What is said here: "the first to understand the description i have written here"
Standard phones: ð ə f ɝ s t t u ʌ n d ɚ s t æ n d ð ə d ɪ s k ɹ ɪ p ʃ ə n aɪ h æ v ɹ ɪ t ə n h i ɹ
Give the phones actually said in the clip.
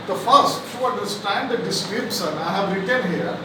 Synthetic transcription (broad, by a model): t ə f ɝ s t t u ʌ n d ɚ s t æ n d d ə d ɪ s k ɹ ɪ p s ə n aɪ h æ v ɹ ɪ t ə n h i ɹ